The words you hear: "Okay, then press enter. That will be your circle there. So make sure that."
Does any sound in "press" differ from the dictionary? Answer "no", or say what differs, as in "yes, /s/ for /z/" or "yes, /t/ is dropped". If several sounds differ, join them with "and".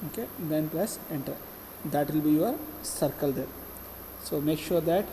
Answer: yes, /l/ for /ɹ/